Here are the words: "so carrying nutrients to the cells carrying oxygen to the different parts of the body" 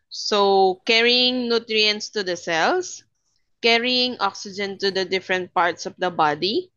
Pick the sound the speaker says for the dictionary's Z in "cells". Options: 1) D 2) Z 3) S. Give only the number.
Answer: 3